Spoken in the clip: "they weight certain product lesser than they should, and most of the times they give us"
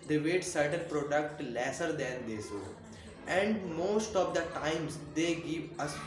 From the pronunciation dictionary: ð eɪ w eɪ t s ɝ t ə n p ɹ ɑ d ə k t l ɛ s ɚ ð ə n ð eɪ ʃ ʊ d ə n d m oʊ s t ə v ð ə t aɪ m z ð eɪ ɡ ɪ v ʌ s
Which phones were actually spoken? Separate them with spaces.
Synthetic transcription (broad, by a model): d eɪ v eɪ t s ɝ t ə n p ɹ ɑ d ə k t l ɛ s ɚ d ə n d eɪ s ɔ ə n d m oʊ s t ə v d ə t aɪ m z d eɪ ɡ ɪ v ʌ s